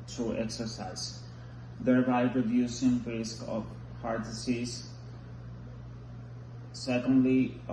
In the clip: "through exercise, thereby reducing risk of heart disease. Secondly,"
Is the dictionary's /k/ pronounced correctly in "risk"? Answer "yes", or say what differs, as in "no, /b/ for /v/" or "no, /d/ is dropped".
yes